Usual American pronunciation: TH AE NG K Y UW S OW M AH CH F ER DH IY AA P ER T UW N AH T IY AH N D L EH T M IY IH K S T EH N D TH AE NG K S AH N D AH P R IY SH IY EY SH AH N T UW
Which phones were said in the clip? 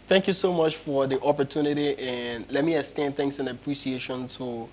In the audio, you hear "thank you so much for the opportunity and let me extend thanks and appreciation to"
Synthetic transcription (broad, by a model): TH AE NG K Y UW S OW M AH CH F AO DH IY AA P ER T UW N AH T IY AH N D L EH T M IY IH S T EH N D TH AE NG K S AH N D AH P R IY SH IY EY SH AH N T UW